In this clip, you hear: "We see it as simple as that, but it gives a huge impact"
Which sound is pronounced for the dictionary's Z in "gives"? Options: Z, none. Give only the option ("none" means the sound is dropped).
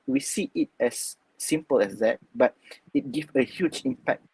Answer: none